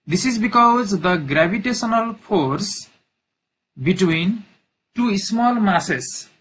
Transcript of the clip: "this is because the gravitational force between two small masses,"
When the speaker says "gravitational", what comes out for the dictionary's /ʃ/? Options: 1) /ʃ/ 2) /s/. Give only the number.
2